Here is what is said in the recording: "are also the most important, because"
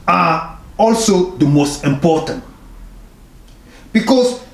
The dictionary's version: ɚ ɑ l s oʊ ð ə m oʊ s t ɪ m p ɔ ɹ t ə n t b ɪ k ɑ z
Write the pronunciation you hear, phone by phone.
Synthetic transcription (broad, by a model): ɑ ɑ l s oʊ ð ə m oʊ s t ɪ m p ɔ t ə n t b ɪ k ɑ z